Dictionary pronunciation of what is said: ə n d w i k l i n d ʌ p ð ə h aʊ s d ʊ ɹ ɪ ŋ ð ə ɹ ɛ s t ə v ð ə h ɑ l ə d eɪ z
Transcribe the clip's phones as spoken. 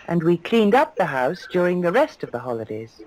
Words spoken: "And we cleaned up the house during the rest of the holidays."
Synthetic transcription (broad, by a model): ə n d w i k l i n d ʌ p ð ə h aʊ s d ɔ ɹ ɪ ŋ ð ə ɹ ɛ s t ə v ð ə h ɑ l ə d eɪ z